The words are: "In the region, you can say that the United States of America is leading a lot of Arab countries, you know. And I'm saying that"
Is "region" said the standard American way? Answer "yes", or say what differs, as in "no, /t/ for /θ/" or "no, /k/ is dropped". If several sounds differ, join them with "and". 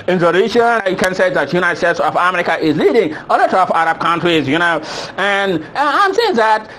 no, /ʃ/ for /dʒ/